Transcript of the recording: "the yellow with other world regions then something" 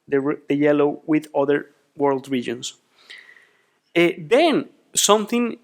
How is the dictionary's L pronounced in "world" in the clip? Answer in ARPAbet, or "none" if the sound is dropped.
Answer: L